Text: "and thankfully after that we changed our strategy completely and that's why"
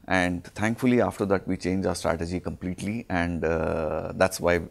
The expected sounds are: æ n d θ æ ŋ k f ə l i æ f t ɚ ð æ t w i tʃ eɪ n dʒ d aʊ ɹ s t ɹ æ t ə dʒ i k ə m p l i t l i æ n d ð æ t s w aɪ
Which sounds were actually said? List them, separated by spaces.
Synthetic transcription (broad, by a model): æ n d t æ ŋ k f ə l i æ f t ɚ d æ t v i tʃ eɪ n dʒ aʊ ɹ s t ɹ æ t ə dʒ i k ə m p l i t l i æ n d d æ t s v aɪ